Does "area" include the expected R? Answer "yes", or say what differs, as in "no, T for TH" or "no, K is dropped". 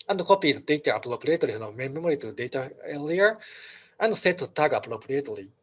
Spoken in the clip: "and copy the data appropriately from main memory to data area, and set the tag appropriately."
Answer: no, L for R